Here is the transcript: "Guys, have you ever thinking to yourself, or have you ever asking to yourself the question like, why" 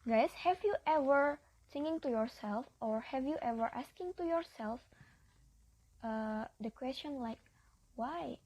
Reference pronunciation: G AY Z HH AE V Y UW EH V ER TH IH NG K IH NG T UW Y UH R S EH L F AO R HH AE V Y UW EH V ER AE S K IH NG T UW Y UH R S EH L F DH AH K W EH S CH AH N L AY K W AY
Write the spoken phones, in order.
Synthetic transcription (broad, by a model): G AY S HH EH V Y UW EH V ER S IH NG IH NG T UW Y UH R S EH L F AO R HH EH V Y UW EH V ER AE S K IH NG T UW Y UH R S EH L F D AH K W EH S CH AH N L AY K W AY